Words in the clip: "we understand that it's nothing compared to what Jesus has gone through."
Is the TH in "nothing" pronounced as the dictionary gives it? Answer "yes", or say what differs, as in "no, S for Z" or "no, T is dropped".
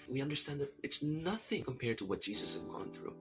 yes